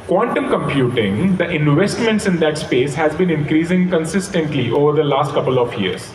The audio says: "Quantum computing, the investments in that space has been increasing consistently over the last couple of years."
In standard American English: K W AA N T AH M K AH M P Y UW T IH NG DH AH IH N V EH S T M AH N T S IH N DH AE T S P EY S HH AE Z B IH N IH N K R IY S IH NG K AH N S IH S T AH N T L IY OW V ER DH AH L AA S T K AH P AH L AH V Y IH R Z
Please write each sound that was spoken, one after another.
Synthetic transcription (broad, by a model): K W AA N T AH M K AH M P Y UW T IH NG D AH IH N V EH S T M AH N T S IH N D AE T S P EY S HH AE Z B IH N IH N K R IY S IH NG K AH N S IH S T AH N T L IY OW V ER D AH L AA S T K AH P AH L AH V Y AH R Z